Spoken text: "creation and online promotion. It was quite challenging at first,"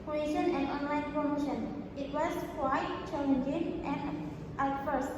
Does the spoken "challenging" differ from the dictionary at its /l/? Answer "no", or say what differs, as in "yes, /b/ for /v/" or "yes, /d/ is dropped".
yes, /n/ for /l/